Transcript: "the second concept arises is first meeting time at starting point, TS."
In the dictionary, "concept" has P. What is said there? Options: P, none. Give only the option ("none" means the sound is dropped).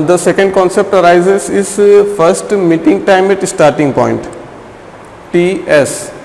P